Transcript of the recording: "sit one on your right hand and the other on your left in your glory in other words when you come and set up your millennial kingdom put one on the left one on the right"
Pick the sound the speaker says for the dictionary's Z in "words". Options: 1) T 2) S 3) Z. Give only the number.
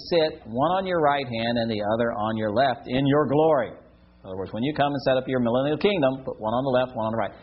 3